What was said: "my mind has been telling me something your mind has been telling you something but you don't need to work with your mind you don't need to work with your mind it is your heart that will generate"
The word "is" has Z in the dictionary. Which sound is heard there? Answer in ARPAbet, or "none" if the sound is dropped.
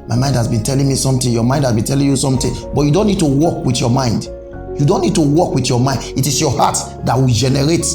S